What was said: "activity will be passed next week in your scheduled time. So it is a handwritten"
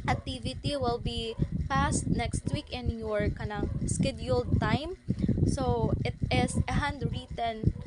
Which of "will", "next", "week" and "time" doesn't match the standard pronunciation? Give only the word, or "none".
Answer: none